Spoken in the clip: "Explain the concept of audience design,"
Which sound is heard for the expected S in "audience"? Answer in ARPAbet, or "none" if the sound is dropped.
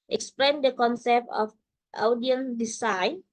none